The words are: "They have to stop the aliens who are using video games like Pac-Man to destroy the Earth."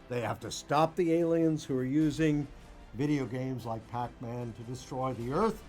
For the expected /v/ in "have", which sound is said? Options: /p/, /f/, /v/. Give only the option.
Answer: /f/